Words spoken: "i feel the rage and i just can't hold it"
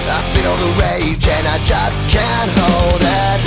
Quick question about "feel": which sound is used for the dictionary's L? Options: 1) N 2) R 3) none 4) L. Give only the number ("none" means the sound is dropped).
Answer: 1